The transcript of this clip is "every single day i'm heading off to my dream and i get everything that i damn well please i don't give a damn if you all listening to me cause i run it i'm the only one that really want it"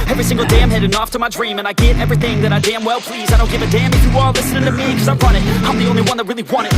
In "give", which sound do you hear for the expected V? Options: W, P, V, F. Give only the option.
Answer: V